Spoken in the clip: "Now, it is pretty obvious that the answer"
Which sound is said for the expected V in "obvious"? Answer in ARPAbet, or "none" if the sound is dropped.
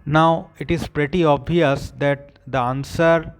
none